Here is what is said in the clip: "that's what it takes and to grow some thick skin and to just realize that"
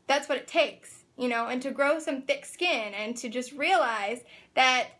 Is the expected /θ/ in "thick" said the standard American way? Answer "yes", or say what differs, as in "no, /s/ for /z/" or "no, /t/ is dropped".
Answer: yes